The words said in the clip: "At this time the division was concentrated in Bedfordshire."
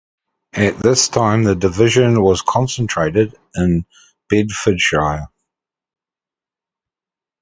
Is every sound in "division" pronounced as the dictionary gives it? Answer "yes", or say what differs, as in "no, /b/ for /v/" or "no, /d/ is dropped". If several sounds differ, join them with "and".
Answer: yes